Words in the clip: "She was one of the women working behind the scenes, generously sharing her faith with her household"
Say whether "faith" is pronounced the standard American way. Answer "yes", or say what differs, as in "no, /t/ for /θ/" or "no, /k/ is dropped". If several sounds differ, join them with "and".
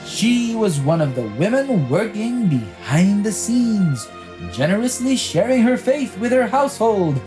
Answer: yes